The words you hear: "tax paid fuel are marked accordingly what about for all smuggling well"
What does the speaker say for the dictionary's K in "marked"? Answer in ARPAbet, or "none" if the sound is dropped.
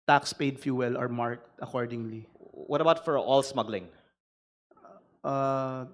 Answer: K